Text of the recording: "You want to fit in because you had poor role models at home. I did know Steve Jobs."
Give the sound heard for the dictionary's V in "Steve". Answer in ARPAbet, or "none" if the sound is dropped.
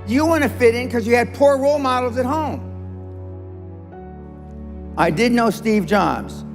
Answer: V